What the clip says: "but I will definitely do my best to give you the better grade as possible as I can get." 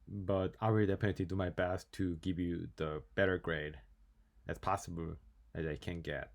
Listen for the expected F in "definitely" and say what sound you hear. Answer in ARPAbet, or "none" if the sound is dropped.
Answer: P